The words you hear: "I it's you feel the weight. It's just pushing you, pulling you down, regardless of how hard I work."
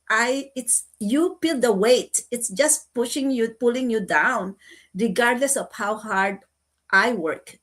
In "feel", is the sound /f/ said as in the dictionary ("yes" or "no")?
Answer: no